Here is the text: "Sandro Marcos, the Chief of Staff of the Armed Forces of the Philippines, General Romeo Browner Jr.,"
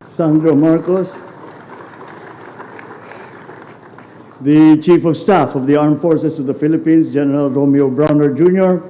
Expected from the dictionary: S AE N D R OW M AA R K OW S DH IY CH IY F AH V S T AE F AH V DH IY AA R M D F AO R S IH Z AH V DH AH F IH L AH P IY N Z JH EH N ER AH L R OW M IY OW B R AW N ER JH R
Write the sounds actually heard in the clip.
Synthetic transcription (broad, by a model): S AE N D R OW M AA R K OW S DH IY CH IY F AH V S T AE F AH V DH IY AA R M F AO R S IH S AH V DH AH F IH L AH P IY N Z JH EH N ER AH L R OW M IY OW B R AW N ER JH R